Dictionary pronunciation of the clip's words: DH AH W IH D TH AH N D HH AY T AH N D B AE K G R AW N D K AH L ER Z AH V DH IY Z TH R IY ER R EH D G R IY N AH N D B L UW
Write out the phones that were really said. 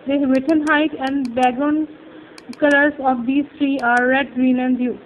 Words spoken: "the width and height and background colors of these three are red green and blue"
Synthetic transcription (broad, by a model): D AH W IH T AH N HH AY T AH N D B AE G AW N K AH L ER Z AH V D IY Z T R IY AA R EH D G R IY N AH N D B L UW